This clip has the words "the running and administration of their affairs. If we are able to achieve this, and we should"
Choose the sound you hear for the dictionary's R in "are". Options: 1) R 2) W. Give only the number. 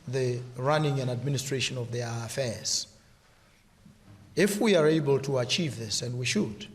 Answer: 1